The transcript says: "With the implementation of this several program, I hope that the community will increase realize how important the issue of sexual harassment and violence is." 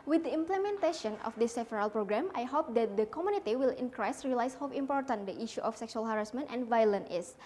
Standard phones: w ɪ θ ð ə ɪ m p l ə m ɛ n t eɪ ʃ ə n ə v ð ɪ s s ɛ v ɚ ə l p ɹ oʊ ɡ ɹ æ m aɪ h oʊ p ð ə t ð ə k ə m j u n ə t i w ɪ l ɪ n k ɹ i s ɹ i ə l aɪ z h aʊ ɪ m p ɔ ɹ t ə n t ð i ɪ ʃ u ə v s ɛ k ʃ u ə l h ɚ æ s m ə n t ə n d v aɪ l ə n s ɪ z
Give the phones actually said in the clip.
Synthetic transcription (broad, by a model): w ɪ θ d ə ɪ m p l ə m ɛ n t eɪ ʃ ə n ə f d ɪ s s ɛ f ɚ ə l p ɹ oʊ ɡ ɹ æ m aɪ h oʊ p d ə t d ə k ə m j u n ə t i w ɪ l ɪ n k ɹ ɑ s ɹ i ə l aɪ s h aʊ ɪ m p ɔ ɹ t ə n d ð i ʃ u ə f s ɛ k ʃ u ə l h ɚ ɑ s m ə n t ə n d v aɪ l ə n ɪ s